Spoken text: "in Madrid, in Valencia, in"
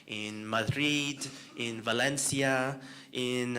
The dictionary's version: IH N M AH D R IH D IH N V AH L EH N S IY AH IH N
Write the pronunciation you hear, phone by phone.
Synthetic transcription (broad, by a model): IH N M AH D R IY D IH N V AH L EH N S IY AH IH N